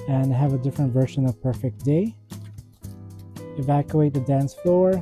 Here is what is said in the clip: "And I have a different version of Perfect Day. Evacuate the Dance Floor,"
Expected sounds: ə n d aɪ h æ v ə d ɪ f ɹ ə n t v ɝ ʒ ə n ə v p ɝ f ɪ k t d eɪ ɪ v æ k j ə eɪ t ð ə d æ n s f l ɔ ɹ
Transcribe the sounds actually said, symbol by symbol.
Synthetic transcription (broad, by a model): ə n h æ v ə d ɪ f ɹ ə n t v ɝ ʃ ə n ə v p ɝ f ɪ k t d eɪ ɪ v æ k j ə eɪ t ð ə d æ n s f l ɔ ɹ